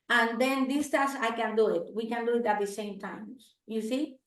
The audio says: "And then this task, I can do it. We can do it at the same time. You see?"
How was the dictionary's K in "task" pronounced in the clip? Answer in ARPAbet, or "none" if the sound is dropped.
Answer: none